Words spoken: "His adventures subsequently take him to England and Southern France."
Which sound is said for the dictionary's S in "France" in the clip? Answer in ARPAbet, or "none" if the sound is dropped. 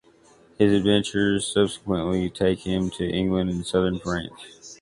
none